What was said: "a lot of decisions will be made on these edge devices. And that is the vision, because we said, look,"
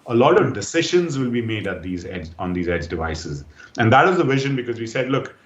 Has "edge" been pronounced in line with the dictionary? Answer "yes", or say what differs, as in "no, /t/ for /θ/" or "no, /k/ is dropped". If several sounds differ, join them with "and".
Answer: yes